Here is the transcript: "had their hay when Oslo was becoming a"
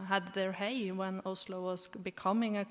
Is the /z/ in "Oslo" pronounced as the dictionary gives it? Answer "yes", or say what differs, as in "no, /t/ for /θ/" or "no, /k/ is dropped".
no, /s/ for /z/